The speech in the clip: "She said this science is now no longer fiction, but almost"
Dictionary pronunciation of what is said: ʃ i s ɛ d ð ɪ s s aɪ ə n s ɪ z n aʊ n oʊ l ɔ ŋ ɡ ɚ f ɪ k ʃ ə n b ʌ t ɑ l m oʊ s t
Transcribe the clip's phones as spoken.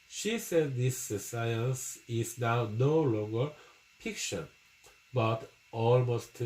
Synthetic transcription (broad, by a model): ʃ i s ɛ d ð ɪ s s aɪ ə n s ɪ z n aʊ n oʊ l ɔ ŋ ɡ ɚ p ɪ k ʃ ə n b ʌ t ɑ l m oʊ s t